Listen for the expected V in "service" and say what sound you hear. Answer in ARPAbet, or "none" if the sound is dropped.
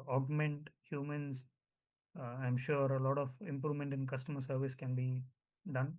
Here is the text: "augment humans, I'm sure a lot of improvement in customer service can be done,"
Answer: V